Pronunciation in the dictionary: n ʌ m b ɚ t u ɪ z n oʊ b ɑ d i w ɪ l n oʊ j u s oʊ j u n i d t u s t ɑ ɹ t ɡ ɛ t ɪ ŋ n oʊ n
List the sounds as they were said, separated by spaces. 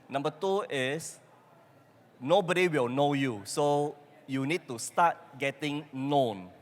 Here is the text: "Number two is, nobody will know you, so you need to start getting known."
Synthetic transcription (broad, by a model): n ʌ m b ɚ t u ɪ s n oʊ b ɑ d i w ɪ l n oʊ j u s oʊ j u n i d t u s t ɑ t ɡ ɛ t ɪ ŋ n oʊ n